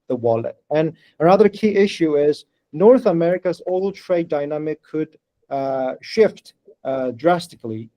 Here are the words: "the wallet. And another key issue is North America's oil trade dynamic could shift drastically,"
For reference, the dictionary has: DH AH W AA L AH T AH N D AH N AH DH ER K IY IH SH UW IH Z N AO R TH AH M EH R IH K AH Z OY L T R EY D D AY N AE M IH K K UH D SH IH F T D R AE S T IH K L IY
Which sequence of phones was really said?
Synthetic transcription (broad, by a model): DH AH W AA L AH T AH N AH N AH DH ER K IY IH SH UW IH Z N AO R TH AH M EH R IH K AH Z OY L T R EY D D AY N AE M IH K K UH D SH IH F T D R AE S T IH K L IY